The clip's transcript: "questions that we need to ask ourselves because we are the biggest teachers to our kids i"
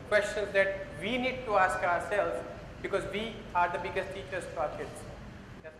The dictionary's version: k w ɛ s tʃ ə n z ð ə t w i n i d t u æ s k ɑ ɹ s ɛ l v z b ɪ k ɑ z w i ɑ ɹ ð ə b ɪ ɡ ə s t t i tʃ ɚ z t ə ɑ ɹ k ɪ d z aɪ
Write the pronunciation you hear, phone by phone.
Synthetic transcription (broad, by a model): k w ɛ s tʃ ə n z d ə t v i n i d t u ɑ s k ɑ ɹ s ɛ l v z b ɪ k ɑ z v i ɑ ɹ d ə b ɪ ɡ ə s t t i tʃ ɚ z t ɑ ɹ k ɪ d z